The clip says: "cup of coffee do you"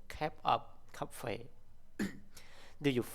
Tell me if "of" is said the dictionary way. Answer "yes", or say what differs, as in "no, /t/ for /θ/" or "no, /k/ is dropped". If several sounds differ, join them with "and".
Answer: no, /p/ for /v/